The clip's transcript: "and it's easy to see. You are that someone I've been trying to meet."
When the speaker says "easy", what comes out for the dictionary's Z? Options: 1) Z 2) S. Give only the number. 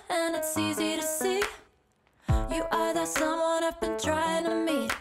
1